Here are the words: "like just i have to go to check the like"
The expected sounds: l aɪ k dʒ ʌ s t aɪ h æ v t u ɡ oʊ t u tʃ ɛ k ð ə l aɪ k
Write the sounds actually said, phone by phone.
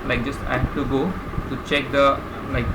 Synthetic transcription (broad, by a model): l aɪ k dʒ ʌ s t aɪ h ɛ f t u ɡ oʊ t u tʃ ɛ k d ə l aɪ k